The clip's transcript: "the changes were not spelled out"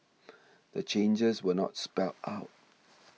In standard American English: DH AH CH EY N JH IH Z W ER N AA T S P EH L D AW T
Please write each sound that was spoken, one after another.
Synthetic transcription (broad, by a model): DH AH CH EY N JH IH Z W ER N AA T S P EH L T AW T